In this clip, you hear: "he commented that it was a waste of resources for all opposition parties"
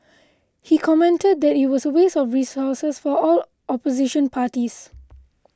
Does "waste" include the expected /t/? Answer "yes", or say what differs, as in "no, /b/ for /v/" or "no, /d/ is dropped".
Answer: no, /t/ is dropped